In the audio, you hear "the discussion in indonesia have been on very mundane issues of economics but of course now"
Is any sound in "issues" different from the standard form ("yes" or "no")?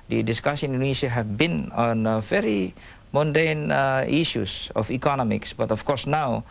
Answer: yes